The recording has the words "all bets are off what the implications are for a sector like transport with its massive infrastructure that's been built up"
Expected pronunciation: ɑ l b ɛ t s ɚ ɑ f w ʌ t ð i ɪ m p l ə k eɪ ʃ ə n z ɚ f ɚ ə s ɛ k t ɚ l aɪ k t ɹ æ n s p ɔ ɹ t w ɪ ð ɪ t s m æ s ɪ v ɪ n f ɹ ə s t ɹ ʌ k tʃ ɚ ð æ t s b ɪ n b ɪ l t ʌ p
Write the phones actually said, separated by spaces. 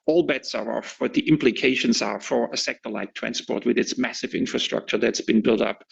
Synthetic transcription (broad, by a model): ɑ l b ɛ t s ɚ ɑ f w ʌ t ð i ɪ m p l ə k eɪ ʃ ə n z ɚ f ɚ ə s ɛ k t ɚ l aɪ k t ɹ æ n s p ɔ ɹ t w ɪ ð ɪ t s m æ s ɪ v ɪ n f ɹ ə s t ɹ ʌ k tʃ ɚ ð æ t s b ɪ n b ɪ l t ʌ p